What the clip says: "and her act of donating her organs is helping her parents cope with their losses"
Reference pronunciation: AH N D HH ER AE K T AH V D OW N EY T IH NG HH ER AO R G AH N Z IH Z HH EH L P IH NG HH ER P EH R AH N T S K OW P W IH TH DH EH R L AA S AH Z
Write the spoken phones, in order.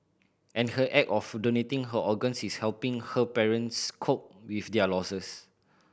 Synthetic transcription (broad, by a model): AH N HH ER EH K AH F D OW N EY T IH NG HH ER AO G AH N S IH S HH EH L P IH NG HH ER P EH R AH N S K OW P W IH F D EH L AA S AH S